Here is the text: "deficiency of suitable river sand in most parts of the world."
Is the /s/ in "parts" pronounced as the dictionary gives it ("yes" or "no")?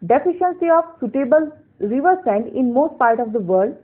no